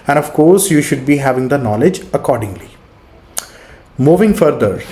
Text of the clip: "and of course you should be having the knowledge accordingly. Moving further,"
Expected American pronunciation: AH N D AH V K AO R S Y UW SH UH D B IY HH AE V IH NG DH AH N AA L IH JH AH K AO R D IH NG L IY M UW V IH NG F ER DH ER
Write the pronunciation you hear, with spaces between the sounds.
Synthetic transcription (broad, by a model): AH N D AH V K AO R S Y UW SH UH D B IY HH AE V IH NG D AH N AA L IH JH AH K AO R D IH NG L IY M UW V IH NG F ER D ER